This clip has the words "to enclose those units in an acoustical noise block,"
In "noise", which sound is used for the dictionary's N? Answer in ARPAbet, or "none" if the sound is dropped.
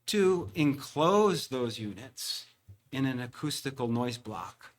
N